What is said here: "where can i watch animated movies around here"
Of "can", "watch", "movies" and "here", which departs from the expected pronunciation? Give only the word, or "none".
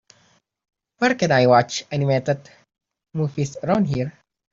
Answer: movies